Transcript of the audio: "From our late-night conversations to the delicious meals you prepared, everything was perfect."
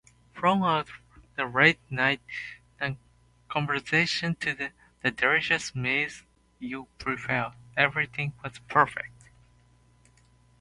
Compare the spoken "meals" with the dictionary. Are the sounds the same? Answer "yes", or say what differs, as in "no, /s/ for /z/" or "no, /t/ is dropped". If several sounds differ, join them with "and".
no, /l/ is dropped